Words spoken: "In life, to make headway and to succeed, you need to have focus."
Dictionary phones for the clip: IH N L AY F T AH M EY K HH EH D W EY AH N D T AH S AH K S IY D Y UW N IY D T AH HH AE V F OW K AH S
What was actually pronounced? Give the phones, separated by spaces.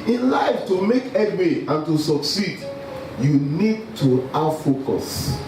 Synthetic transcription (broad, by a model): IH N L AY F T AH M EY K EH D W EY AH N T AH S AH K S IY D Y UW N IY D T AH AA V F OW K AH S